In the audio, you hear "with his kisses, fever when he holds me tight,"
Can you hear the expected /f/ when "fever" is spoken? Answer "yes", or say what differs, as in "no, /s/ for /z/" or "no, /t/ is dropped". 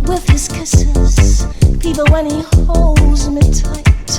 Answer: no, /p/ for /f/